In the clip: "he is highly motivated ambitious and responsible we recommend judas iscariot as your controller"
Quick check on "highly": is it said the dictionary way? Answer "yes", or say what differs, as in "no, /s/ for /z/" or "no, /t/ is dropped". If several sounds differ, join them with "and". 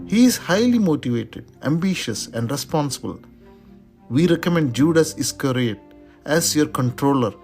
yes